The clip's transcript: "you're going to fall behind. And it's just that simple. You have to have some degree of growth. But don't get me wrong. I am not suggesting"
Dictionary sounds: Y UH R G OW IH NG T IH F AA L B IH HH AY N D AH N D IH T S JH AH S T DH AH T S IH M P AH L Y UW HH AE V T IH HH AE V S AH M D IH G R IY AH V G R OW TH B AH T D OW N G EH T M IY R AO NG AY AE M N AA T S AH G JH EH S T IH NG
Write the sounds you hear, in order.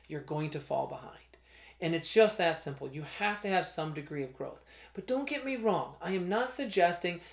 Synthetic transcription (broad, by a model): Y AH R G OW IH NG T IH F AA L B IH HH AY N D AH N IH T S JH AH S T DH AH T S IH M P L Y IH HH AE F T IH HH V S AH M D IH G R IY AH V G R OW TH B AH T D OW N G EH T M IY R AO NG AY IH M N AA T S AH G JH EH S T IH NG